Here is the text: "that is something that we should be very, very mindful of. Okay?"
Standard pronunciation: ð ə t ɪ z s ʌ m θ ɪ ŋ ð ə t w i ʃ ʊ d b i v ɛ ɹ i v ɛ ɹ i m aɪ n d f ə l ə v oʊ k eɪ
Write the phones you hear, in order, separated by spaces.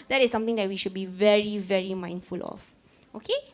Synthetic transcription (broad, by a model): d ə t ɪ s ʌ m t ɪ ŋ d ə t w i ʃ ʊ d b i v ɛ ɹ i v ɛ ɹ i m aɪ n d f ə l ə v oʊ k eɪ